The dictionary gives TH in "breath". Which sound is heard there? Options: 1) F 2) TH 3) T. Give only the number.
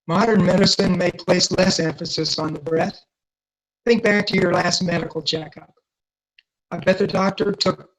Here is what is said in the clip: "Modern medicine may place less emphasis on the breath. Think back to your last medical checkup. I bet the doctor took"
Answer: 2